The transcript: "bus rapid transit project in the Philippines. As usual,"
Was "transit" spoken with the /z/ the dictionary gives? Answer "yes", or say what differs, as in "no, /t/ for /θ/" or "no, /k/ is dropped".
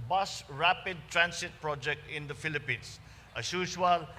no, /s/ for /z/